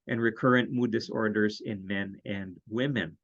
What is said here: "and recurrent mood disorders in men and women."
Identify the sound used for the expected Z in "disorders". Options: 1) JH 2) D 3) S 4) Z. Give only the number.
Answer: 4